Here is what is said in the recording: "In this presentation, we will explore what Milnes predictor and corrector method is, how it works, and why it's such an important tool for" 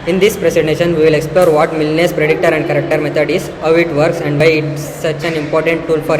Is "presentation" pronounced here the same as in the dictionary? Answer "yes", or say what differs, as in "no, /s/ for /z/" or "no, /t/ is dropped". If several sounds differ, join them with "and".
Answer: no, /s/ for /z/